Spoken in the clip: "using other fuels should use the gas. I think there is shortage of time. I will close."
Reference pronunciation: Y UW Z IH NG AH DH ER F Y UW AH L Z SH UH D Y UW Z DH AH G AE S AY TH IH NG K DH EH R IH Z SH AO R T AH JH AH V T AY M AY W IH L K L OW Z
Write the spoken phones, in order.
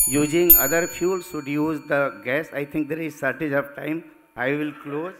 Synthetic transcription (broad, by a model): Y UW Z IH NG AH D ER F Y UW L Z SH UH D Y UW Z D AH G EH S AY T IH NG K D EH R IH Z S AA R T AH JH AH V T AY M AY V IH L K L OW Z